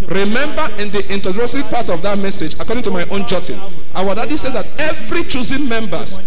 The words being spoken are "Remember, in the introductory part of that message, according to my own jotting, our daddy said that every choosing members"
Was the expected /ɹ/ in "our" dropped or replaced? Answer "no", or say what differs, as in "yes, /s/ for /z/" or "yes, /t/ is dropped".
yes, /w/ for /ɹ/